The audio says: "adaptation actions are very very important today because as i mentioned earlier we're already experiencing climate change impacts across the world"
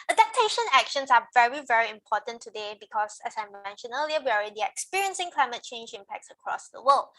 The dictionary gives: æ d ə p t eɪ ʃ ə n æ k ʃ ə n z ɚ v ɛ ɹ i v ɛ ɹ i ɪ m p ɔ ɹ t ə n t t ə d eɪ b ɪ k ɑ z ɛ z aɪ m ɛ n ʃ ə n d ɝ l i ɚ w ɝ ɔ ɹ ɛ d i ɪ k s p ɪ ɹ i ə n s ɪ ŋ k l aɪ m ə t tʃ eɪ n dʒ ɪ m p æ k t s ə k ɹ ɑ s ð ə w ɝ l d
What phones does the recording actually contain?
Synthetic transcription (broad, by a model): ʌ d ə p t eɪ ʃ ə n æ k ʃ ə n s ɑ v ɛ ɹ i v ɛ ɹ i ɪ m p ɔ t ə n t t ə d eɪ b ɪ k ɑ s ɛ s aɪ m ɛ n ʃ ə n ɝ l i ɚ w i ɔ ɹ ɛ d i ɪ k s p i ɹ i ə n s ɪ ŋ k l aɪ m ə t tʃ eɪ n dʒ ɪ m p æ k t s ə k ɹ ɑ s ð ə w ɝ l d